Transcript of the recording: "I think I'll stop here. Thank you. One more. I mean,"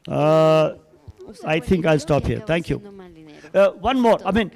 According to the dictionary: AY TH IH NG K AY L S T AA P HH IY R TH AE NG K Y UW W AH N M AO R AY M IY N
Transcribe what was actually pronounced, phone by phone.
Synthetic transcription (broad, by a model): AY T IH NG K AY L S T AA P HH IY R T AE NG K Y UW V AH N M AO R AY M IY N